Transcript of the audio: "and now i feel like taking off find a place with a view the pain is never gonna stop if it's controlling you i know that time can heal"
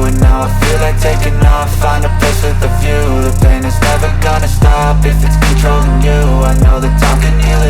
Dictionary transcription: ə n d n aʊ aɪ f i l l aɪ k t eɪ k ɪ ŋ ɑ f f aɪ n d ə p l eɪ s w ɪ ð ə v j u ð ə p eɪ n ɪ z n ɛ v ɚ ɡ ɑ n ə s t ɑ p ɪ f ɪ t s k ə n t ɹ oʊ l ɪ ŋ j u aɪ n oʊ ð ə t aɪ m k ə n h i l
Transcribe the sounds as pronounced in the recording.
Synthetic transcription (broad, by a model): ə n n aʊ aɪ f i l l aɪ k t eɪ k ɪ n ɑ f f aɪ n ə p ɪ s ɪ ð ə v j u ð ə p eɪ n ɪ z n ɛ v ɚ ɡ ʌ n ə s t ɑ p ɪ f ɪ t s k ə n t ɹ oʊ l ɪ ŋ j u aɪ n oʊ ð ə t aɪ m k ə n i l